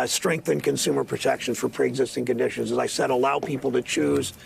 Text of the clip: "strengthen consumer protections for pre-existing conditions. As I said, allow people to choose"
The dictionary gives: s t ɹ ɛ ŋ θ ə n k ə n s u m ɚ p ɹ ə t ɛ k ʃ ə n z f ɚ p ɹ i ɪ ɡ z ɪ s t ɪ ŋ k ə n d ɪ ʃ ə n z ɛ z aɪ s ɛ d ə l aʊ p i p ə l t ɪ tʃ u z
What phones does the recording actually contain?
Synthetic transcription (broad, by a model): s t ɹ ɛ ŋ θ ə n k ə n s u m ɚ p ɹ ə t ɛ k ʃ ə n f ɚ p ɹ i ɪ ɡ z ɪ s t ɪ ŋ k ə n d ɪ ʃ ə n z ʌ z aɪ s ɛ d ə l aʊ p i p l t ɪ tʃ u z